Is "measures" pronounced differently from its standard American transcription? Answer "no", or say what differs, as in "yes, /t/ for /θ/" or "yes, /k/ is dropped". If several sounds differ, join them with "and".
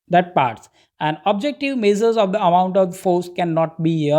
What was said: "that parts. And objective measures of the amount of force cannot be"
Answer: yes, /z/ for /ʒ/